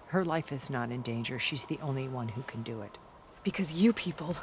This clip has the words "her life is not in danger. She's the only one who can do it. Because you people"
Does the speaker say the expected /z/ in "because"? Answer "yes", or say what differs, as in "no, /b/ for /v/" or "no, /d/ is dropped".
yes